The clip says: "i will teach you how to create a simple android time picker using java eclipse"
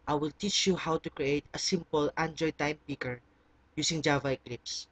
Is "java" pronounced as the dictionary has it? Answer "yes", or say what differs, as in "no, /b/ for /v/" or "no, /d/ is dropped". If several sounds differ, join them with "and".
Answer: yes